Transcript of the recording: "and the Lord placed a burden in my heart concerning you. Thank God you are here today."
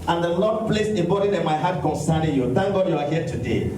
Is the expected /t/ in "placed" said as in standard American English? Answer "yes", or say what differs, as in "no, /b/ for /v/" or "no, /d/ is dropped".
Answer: no, /t/ is dropped